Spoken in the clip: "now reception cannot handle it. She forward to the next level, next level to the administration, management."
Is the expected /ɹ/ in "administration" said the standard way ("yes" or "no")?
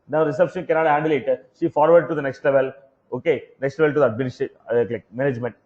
no